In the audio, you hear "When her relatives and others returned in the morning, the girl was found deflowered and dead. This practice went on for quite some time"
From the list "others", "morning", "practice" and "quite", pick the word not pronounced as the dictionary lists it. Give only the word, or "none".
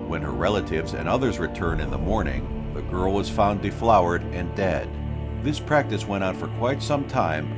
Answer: none